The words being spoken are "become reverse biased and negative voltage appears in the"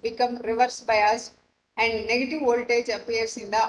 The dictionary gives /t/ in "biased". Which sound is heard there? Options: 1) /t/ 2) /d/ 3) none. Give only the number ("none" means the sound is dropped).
3